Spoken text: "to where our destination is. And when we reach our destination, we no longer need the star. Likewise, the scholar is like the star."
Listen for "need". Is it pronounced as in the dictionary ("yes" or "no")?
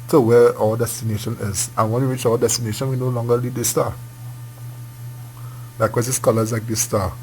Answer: no